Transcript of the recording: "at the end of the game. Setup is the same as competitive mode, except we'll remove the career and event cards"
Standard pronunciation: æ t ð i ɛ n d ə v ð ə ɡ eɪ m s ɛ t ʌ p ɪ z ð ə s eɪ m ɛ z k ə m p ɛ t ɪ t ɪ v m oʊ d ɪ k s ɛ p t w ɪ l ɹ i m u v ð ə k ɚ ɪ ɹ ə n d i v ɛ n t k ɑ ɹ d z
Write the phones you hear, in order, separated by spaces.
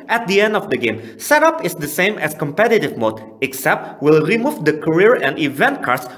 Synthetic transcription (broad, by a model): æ t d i ɛ n d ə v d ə ɡ eɪ m s ɛ t ʌ p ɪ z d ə s eɪ m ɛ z k ə m p ɛ t ɪ t ɪ v m oʊ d ɪ k s ɛ p t w ɪ l ɹ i m u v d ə k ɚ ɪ ɹ ə n d i v ɛ n t k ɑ ɹ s